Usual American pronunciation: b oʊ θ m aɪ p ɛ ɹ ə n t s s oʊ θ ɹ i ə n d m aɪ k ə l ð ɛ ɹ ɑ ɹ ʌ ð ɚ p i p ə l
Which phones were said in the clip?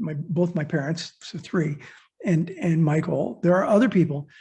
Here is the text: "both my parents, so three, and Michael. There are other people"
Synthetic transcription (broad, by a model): b oʊ θ m aɪ p ɛ ɹ ə n t s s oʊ θ ɹ i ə n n m aɪ k l ð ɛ ɹ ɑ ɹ ʌ ð ɚ p i p l